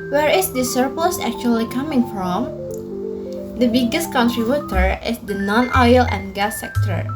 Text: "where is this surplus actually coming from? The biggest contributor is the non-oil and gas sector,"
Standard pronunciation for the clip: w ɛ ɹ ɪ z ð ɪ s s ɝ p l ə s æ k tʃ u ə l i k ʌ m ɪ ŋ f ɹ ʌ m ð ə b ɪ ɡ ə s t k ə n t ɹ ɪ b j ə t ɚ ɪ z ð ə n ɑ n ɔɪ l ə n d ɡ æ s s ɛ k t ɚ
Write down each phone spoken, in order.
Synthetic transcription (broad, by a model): w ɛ ɹ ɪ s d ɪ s s ɝ p l ə s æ k tʃ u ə l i k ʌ m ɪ ŋ f ɹ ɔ m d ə b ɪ ɡ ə s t k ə n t ɹ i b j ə t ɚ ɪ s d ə n ɑ n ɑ l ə n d ɡ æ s s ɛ k t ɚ